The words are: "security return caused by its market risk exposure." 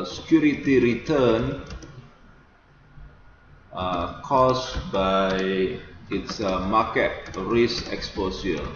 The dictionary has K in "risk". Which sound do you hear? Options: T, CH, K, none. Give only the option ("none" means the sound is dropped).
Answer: none